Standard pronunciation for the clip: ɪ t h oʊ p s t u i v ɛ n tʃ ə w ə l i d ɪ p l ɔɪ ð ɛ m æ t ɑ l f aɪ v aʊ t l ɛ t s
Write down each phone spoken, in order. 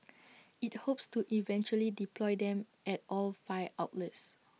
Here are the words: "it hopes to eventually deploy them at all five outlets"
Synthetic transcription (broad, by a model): ɪ t h oʊ p s t u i v ɛ n tʃ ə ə l i d ɪ p l ɔɪ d ɛ m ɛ t ɑ l f aɪ aʊ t l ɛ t s